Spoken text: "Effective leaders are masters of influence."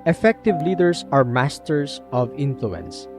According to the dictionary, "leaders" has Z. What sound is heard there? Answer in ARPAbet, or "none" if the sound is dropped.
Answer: S